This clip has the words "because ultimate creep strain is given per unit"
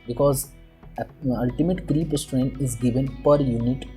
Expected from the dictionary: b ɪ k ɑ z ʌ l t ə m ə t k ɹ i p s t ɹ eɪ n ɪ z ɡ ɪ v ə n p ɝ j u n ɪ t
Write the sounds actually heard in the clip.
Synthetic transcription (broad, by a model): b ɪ k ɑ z ʌ l t ə m ə t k ɹ i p s t ɹ eɪ n ɪ z ɡ ɪ v ə n p ɝ j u n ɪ t